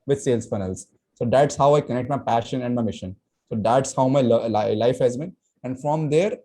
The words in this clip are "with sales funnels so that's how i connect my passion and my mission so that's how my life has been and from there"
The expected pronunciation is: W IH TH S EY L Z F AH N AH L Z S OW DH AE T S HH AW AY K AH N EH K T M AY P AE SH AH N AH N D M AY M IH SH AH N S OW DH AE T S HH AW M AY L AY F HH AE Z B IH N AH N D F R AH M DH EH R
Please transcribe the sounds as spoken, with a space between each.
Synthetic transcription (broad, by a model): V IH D S EY L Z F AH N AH L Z S OW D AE T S HH AW AY K AH N EH K T M AY P AE SH AH N AH N D M AY M IH SH AH N S OW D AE T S HH AW M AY L AY F HH AE Z B IH N AH N D F R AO M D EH R